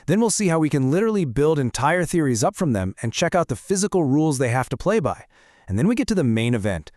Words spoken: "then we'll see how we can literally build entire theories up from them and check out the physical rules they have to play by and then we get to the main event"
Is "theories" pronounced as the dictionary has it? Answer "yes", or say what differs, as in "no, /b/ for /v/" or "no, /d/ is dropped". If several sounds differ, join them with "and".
yes